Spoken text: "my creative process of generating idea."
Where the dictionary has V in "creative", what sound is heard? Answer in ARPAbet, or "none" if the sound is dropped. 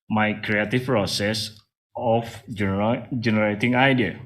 F